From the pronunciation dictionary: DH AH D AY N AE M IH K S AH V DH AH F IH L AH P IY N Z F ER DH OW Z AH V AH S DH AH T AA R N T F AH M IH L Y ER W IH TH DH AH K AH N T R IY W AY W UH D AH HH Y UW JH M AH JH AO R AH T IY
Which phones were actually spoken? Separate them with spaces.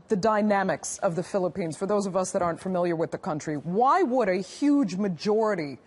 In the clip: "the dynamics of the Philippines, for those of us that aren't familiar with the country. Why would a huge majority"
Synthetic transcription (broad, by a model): DH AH D AY N AE M IH K S AH V DH AH F IH L AH P IY N Z F ER DH OW Z AH V AH S DH AH T AA R N T F AH M IH L Y ER W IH DH AH K AH N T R IY W AY W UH D AH HH Y UW JH M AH JH AO R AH T IY